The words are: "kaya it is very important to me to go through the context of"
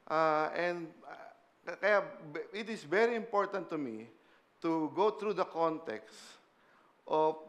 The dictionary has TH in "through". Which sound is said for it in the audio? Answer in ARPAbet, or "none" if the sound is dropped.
T